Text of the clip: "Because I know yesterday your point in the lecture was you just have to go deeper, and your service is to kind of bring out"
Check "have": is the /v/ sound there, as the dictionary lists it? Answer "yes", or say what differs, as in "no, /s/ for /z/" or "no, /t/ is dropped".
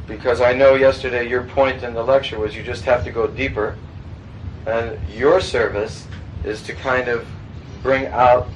no, /f/ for /v/